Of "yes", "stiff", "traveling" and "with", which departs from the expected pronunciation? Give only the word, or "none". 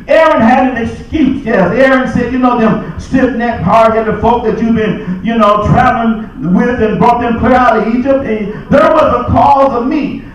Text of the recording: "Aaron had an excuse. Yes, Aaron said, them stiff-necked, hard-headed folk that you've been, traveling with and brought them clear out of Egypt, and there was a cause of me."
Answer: stiff